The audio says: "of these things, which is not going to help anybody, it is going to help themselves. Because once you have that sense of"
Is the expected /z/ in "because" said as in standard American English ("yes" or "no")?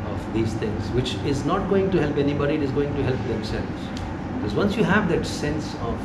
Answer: yes